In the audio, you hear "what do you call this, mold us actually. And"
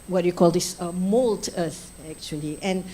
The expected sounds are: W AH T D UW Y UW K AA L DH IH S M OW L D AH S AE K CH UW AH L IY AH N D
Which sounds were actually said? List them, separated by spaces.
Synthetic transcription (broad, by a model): W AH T Y UW K AA L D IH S M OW L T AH TH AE K CH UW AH L IY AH N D